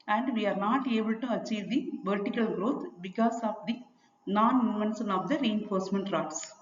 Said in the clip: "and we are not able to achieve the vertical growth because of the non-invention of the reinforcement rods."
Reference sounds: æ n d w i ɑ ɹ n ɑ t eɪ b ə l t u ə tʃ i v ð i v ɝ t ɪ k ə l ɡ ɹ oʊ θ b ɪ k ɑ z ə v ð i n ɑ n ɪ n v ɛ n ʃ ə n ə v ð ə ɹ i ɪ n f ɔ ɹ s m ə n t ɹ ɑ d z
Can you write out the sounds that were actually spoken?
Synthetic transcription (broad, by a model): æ n d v i ɑ ɹ n ɑ t eɪ b ə l t u ə tʃ i v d i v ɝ t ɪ k ə l ɡ ɹ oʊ t b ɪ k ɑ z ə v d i n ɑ n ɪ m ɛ n s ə n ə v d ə ɹ i ɪ n f ɔ ɹ s m ə n t ɹ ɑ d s